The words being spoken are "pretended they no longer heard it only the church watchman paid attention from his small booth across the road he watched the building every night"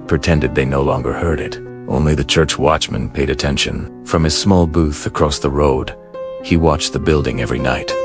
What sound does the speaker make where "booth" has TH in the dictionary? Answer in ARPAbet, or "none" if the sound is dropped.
TH